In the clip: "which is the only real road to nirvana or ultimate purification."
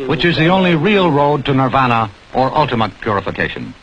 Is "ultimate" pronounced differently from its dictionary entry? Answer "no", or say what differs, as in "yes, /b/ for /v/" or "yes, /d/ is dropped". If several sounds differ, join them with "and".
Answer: no